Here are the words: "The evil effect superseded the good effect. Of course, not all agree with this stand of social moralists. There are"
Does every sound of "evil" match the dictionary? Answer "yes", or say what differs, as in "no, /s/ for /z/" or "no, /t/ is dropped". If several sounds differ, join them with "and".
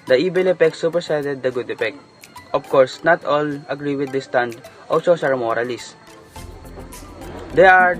no, /b/ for /v/